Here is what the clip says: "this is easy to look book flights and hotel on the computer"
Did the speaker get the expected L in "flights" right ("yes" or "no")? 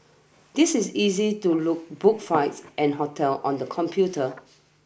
no